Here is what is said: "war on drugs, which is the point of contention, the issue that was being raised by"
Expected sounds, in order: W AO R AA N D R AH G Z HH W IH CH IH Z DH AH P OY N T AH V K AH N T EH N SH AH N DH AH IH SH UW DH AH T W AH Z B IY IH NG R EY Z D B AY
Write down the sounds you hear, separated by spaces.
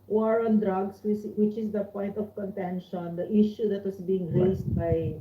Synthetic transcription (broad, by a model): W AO R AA N D R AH G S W W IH CH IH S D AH P OY N T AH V K AH N T EH N SH AH N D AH IH SH UW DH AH T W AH S B IY IH NG R EY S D B AY